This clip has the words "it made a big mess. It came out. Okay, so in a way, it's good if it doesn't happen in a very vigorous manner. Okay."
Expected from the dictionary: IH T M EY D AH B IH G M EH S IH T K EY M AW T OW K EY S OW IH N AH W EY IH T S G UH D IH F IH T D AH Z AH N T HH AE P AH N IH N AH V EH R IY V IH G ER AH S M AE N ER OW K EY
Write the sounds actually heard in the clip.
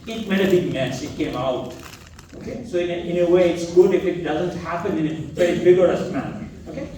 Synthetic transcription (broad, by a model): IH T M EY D AH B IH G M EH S IH T K EY M AW T OW K EY S OW IH N AH W EY IH T S G UH D IH F IH T D AH Z AH N T HH AE P AH N IH N AH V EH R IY B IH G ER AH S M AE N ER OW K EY